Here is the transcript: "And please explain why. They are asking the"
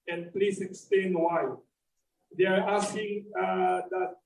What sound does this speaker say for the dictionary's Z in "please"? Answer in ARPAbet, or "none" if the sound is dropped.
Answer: S